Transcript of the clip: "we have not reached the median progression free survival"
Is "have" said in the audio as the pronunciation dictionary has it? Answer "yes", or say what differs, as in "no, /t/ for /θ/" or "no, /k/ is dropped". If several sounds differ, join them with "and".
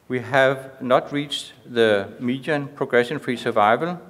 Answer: yes